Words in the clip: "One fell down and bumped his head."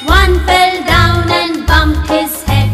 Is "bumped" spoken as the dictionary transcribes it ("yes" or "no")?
no